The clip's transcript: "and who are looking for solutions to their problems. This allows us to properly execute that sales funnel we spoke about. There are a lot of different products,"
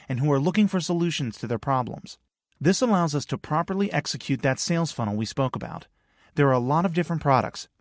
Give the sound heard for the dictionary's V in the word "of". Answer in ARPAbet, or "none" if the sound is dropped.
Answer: V